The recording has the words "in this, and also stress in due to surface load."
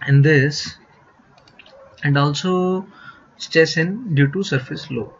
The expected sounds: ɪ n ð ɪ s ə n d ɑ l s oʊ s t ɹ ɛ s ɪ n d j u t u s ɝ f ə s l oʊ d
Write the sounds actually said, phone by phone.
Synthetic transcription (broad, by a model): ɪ n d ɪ s ə n d ɑ l s oʊ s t ɛ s ɪ n d j u t u s ɝ f ə s l oʊ